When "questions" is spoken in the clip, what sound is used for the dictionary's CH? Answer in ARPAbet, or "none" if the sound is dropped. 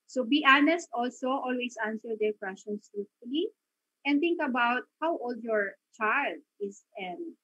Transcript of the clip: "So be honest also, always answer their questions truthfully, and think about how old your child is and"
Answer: none